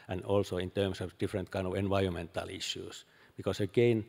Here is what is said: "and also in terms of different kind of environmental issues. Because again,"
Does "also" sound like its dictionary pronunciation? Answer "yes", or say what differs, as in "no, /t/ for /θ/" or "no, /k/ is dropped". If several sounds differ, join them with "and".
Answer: yes